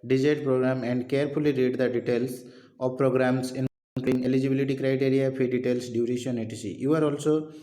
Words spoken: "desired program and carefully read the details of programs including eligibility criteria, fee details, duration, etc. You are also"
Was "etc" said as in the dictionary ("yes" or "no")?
no